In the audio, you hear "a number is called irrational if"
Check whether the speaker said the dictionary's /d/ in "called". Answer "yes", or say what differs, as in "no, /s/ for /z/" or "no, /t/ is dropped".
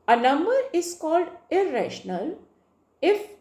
yes